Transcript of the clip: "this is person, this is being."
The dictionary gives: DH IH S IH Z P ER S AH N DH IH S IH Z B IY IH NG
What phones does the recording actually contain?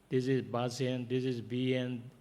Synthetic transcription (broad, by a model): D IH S IH Z B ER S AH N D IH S IH Z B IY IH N